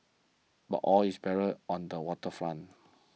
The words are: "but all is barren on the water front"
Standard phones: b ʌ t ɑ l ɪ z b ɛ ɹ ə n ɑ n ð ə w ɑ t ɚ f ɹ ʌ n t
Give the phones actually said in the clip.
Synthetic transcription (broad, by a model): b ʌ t ɑ l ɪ s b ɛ ɹ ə ɑ n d ə w ɑ t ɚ f l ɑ n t